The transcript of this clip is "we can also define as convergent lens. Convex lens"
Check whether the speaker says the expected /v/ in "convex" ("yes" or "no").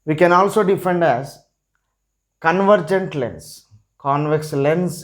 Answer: yes